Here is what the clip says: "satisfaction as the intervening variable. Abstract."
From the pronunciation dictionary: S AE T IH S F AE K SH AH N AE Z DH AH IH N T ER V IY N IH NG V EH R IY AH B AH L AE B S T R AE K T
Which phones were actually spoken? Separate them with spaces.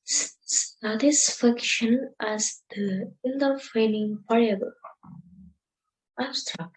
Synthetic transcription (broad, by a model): S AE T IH S F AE K SH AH N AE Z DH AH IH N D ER F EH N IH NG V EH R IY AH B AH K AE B S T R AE K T